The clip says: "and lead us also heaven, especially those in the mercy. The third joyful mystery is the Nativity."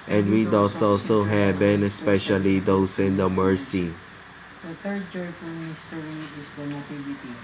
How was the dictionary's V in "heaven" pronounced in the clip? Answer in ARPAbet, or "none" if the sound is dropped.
B